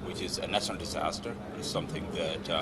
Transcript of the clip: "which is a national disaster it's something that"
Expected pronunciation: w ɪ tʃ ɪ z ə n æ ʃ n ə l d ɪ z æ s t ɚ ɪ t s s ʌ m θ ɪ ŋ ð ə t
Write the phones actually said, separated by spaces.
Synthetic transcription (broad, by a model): w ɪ tʃ ɪ z ə n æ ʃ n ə l d ɪ z æ s t ɚ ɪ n s ʌ m θ ɪ ŋ ð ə t